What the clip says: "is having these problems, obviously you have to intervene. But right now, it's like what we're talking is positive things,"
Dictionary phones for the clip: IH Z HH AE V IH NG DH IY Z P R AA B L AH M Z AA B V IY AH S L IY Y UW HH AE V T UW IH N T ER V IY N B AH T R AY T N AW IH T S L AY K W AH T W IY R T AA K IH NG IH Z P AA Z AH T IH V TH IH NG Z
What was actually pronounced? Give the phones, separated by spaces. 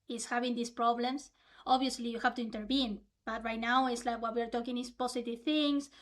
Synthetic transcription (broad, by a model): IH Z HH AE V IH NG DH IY S P R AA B L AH M S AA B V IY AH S L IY Y UW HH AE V T UW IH N T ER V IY N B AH T R AY T N AW IH T S L AY K W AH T W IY R T AA K IH NG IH S P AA S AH T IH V TH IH NG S